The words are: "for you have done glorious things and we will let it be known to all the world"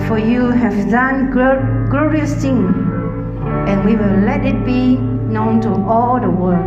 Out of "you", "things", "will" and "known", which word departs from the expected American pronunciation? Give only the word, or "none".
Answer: things